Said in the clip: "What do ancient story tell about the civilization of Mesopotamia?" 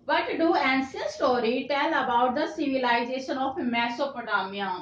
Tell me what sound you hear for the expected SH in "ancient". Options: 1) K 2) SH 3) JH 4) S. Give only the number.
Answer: 4